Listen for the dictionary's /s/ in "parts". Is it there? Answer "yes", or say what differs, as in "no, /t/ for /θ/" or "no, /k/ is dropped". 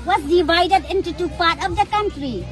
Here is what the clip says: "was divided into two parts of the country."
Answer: no, /s/ is dropped